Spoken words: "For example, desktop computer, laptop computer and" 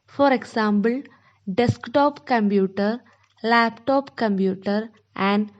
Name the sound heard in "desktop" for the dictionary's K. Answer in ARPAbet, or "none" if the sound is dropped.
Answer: K